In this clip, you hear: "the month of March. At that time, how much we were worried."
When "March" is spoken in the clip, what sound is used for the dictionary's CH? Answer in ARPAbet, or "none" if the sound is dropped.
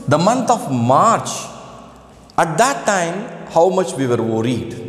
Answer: CH